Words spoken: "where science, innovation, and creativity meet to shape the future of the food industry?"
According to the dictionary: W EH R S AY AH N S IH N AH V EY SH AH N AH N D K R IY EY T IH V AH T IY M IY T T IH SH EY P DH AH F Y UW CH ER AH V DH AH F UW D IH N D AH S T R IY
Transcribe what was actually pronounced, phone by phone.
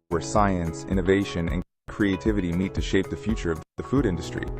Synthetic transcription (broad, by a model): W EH R S AY AH N S IH N AH V EY SH AH N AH N K R IY EY T IH V AH T IY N IY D T IH SH EY P DH AH F Y UW CH ER AH V DH AH F UW D IH N D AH S T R IY